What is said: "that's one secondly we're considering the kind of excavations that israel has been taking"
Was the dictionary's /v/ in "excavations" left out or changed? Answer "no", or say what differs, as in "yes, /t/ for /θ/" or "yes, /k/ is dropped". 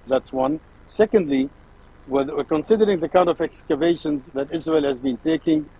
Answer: no